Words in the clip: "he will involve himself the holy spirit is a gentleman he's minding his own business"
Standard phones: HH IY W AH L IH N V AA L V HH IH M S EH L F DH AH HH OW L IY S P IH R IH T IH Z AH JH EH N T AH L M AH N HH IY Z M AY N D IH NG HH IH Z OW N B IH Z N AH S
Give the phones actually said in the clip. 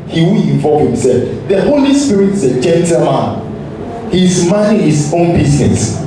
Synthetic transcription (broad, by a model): HH IY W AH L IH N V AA V HH IH M S EH L F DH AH HH OW L IY S P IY R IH T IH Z AH JH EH N T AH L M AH N HH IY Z M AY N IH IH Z OW N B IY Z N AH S